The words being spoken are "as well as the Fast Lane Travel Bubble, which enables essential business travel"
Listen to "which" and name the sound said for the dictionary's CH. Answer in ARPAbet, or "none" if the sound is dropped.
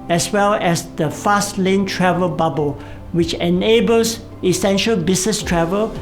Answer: CH